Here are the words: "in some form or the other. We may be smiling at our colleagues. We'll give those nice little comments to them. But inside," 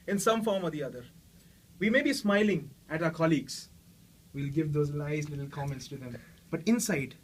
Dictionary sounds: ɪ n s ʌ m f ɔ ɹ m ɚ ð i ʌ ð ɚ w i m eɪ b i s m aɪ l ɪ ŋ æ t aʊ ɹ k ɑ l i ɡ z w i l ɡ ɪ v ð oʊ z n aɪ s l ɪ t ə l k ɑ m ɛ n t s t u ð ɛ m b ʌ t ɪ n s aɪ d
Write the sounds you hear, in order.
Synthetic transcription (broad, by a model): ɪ n s ʌ m f ɔ ɹ m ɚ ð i ʌ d ɚ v i m eɪ b i s m aɪ l ɪ ŋ æ t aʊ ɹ k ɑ l i ɡ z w i l ɡ ɪ v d oʊ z l aɪ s l ɪ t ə l k ɑ m ɛ n t s t u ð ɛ m b ʌ t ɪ n s aɪ d